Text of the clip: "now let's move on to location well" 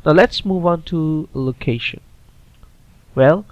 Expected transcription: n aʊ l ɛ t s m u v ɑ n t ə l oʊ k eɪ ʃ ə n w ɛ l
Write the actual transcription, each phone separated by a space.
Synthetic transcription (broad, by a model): n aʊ l ɛ t s m u v ɑ n t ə l oʊ k eɪ ʃ ə n w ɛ l